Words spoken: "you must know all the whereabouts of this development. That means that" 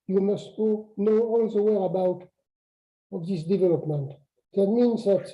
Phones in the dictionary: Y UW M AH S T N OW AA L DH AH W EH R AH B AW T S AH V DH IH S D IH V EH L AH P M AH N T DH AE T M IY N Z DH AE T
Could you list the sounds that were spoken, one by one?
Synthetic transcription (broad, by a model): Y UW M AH S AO N OW AA L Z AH W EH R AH B AW T AH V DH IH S D IH V EH L AH P M AH N T DH AE T M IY N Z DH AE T